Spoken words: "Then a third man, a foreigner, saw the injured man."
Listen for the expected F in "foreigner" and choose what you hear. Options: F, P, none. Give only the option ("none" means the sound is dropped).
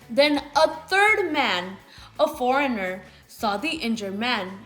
F